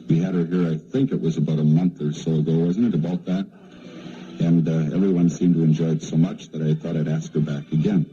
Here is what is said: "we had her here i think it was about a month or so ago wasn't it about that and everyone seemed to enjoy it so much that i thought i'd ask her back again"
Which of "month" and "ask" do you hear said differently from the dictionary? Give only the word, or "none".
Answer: none